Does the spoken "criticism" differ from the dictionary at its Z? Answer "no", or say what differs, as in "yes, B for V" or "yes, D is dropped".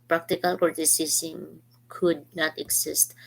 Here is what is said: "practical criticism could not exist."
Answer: yes, S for Z